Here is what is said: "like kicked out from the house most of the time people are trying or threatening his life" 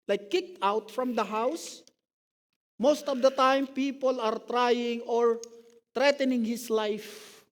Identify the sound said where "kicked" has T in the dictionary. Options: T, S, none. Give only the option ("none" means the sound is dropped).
T